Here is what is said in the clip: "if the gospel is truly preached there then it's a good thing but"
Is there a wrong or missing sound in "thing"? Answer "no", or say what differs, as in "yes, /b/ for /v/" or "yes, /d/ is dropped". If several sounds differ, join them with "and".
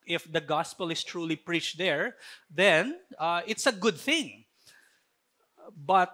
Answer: no